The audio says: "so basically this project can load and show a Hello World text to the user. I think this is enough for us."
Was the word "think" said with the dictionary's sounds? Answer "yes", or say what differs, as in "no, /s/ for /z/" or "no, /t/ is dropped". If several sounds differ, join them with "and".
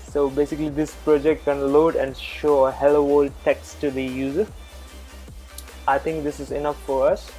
no, /t/ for /θ/